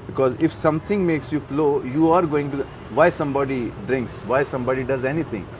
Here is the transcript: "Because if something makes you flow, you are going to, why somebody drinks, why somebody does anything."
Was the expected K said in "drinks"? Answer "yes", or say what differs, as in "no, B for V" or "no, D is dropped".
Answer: yes